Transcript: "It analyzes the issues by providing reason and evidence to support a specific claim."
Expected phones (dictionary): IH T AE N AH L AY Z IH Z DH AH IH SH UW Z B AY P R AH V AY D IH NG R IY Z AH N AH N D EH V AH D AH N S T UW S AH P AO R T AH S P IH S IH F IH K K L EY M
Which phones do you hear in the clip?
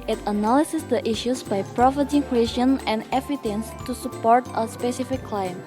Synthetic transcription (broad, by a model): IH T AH N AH L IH S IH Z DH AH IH SH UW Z B AY P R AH F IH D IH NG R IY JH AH N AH N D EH F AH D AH N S T UW S AH P AO R T AH S P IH S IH F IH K K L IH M